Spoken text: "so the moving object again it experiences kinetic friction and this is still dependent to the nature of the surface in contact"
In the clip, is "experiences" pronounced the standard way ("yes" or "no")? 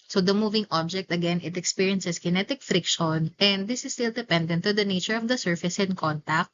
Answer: no